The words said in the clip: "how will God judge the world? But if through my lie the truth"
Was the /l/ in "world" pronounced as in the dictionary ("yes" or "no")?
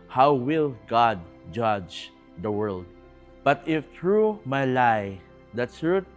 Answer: yes